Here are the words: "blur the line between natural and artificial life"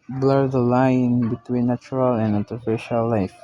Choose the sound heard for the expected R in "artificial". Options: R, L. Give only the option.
L